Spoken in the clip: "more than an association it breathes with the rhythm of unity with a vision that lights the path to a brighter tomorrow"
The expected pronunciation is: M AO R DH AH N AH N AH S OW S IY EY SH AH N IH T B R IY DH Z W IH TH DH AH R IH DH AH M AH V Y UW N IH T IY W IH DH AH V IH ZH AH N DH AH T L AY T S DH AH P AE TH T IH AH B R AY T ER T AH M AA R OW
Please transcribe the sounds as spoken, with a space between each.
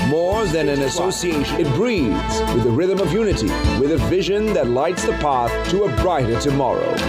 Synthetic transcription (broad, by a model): M AO R DH AH N AH N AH S OW S IY EY AH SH IH T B R IY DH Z W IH DH AH R IH DH AH M AH V Y UW N IH T IY W IH DH AH V IH ZH AH N DH AH T L AY T S DH AH P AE TH T IH AH B R AY T ER T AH M AA R OW